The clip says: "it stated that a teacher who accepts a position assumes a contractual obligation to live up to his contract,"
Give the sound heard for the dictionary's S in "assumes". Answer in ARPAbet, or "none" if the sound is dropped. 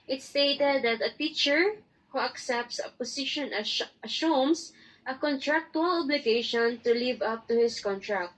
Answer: SH